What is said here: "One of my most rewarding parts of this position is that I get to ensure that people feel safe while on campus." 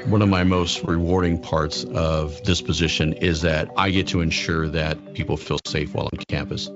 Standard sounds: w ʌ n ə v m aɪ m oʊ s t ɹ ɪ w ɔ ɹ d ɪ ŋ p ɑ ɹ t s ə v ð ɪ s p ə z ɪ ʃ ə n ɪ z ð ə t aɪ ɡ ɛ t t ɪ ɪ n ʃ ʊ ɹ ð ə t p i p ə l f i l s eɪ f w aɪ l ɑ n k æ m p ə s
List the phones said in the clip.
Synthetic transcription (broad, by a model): w ʌ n ə v m aɪ m oʊ s t ɹ ɪ w ɔ ɹ d ɪ ŋ p ɑ ɹ t s ə v ð ɪ s p ə z ɪ ʃ ə n ɪ z ð ə t aɪ ɡ ɛ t t ɪ ɪ n ʃ ʊ ɹ ð ə t p i p l f i l s eɪ f w aɪ l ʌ n k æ m p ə s